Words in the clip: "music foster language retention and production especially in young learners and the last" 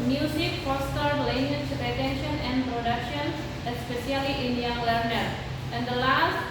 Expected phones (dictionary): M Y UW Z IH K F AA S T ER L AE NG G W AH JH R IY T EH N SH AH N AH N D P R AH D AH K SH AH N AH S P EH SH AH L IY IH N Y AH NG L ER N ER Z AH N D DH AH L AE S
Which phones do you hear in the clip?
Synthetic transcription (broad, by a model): M Y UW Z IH K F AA S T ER L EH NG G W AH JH R IY T EH N SH AH N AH N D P R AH D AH K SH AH N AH S P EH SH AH L IY IH N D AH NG L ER N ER AH N D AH L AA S